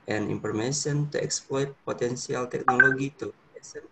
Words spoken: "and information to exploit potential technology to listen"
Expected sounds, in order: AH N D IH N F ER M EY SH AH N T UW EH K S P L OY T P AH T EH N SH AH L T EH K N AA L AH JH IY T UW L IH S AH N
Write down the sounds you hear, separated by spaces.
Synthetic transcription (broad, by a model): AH N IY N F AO M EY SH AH N T UW EH K S P L OY T P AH T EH N S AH L T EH K N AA L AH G IY T UW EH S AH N